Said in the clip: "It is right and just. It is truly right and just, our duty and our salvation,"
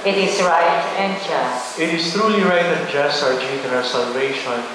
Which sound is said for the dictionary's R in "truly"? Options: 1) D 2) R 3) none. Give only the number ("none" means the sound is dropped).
2